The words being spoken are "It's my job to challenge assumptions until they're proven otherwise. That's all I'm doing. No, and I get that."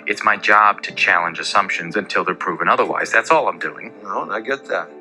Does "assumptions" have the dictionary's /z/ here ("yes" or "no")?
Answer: yes